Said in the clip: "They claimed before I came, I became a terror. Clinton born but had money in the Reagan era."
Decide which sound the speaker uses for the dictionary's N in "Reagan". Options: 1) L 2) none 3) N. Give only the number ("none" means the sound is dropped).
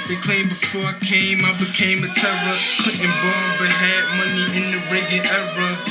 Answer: 2